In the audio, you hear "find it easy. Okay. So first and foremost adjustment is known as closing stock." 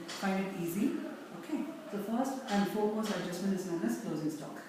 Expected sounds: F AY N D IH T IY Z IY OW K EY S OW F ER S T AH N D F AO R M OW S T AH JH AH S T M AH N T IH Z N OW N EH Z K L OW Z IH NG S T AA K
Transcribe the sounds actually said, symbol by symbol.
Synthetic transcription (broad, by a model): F AY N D IH T IY Z IY OW K EY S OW F ER S T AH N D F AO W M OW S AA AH JH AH S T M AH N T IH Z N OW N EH S K L OW Z IH NG S T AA K